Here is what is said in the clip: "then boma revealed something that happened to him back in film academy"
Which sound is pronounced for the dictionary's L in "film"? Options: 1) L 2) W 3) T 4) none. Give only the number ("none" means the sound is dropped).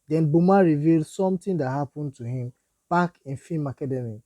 4